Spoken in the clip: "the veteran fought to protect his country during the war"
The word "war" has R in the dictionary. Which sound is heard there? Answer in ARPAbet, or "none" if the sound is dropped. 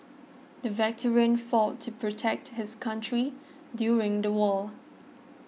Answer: L